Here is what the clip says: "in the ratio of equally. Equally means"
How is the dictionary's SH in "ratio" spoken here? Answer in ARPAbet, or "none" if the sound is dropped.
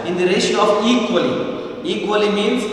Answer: S